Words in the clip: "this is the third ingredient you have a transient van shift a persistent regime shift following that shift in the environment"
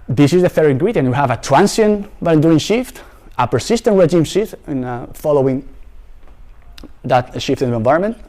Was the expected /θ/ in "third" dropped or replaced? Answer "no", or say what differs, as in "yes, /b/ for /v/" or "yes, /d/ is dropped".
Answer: yes, /f/ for /θ/